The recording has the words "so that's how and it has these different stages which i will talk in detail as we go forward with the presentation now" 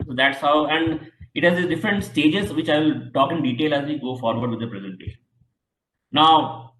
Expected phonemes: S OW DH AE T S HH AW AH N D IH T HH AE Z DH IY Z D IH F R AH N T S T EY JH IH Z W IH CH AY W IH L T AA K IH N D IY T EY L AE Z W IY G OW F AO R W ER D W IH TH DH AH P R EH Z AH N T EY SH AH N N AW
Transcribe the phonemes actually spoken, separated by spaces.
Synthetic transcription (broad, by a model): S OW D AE T S HH AW AH N D IH T HH AE Z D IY D IH F R AH N T S T EY JH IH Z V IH CH AY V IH L T AA K IH N D IY T EY L AE Z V IY G OW F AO R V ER D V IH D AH P R EH Z AH N T EY SH AH N N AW